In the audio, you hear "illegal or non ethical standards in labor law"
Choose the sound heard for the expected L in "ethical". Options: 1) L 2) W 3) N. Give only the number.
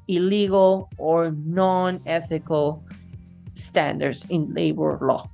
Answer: 1